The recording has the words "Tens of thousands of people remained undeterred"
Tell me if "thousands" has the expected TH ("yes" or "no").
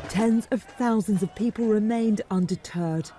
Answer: yes